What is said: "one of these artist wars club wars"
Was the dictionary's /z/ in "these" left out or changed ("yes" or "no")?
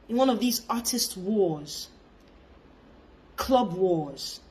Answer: no